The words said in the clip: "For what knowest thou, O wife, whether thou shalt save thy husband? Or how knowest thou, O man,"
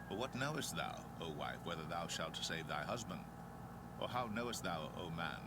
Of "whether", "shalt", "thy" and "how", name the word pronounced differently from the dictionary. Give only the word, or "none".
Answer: none